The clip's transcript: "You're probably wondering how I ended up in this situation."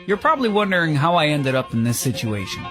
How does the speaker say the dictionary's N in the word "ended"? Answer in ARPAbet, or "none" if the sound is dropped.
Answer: N